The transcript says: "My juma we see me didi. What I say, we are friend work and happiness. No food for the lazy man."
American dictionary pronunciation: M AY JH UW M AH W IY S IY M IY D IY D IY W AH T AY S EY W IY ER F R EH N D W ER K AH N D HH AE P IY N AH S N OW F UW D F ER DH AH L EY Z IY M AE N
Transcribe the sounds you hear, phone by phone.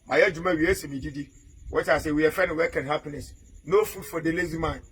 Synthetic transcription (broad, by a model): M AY JH UW M AH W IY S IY M IY D IY D IY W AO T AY S EY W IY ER F EH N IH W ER K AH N HH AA P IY N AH S N OW F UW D F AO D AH L EY Z IY M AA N